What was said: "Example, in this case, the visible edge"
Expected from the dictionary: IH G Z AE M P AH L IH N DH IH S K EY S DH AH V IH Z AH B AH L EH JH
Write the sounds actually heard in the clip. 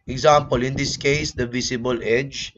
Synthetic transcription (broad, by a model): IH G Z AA M P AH L IH N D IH S K EY S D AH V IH S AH B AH L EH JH